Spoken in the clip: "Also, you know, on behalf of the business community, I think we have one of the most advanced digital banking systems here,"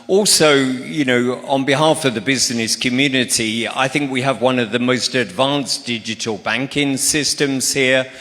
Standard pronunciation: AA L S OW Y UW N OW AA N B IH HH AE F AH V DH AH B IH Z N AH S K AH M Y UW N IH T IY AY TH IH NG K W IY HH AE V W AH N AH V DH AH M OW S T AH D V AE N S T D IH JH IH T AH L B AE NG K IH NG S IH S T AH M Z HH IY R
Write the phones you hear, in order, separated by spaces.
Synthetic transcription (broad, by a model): AA L S OW Y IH N OW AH N B IH HH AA F AH V DH AH B IH Z N AH S K AH M Y UW N IH T IY AY TH IH NG K W IY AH V W AH N AH V DH AH M OW S T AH D V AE N S D IH JH IH T AH L B AE NG K IH NG S IH S T AH M Z HH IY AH